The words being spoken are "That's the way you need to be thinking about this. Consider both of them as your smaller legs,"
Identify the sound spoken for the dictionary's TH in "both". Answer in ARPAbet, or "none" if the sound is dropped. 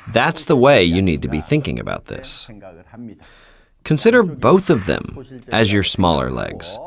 TH